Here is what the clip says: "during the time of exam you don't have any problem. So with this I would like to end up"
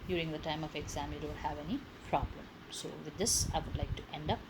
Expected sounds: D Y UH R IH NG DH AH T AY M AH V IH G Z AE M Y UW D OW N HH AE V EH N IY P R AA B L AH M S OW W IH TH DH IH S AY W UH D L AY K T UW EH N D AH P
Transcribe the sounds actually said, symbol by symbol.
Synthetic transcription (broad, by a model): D Y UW R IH NG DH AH T AY M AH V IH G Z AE M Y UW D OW L HH AE V EH N IY P R AA B L AH M S OW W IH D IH S AY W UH D L AY K T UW EH N D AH P